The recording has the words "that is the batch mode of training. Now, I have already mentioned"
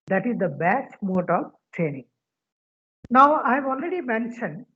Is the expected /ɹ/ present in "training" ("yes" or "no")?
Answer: yes